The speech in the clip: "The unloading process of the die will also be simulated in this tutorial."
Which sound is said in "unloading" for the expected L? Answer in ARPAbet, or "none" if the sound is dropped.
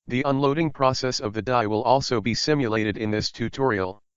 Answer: L